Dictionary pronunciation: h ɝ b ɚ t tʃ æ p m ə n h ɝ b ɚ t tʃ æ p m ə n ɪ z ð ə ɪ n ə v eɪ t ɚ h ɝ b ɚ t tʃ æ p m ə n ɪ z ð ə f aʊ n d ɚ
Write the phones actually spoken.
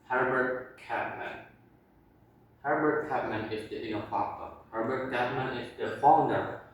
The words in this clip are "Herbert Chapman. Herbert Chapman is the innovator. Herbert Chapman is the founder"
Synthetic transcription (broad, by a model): h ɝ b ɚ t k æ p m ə n h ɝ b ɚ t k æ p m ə n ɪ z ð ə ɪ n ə f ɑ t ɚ h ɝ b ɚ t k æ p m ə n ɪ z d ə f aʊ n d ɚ